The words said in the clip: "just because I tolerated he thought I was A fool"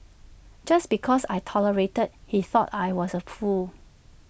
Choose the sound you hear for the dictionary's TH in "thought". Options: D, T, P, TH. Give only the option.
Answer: TH